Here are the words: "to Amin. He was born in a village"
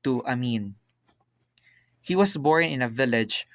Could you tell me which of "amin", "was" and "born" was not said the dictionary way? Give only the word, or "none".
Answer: was